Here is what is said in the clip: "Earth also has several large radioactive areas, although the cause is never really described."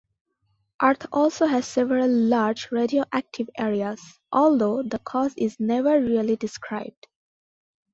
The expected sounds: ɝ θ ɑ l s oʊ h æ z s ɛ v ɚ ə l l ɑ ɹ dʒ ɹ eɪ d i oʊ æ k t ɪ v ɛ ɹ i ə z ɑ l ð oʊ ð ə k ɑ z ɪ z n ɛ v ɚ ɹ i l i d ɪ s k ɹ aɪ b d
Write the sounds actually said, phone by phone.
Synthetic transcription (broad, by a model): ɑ t ɑ l s oʊ h æ z s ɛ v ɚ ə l l ɑ ɹ dʒ ɹ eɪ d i oʊ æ k t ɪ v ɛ ɹ i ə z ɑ l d oʊ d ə k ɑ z ɪ z n ɛ v ɚ ɹ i l i d ɪ s k ɹ aɪ b d